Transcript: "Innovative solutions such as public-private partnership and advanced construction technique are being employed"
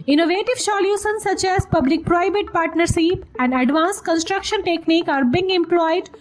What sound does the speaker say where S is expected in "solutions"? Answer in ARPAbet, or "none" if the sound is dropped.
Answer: SH